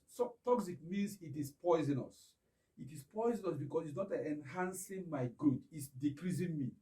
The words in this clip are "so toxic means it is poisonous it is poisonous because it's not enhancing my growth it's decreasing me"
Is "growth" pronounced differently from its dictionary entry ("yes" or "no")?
yes